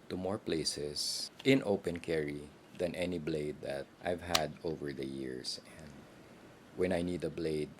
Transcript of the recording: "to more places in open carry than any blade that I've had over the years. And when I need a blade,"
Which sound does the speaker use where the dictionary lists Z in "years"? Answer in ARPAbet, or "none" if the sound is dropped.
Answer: S